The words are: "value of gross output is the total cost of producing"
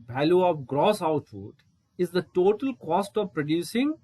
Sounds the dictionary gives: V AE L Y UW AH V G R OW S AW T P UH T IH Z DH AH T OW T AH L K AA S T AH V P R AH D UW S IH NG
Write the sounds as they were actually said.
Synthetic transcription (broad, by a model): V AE L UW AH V G R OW S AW T F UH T IH Z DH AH T OW T AH L K AA S T AH V P R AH D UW S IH NG